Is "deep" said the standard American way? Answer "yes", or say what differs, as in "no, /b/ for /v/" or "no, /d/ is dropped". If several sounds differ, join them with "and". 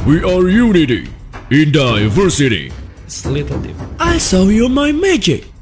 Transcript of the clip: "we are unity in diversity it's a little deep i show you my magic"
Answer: no, /p/ is dropped